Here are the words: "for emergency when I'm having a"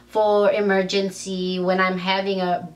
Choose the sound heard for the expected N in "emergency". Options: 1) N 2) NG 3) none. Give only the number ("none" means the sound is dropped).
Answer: 1